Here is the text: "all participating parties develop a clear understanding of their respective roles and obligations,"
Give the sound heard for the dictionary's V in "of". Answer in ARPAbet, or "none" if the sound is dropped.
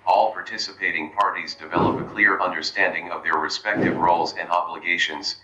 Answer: V